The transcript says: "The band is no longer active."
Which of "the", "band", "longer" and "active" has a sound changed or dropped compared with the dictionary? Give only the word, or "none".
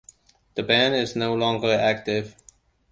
band